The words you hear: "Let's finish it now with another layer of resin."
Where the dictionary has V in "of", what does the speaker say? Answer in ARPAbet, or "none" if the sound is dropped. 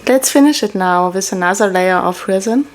F